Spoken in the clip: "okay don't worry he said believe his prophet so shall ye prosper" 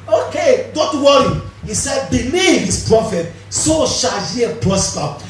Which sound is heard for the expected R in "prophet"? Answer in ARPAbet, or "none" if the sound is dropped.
R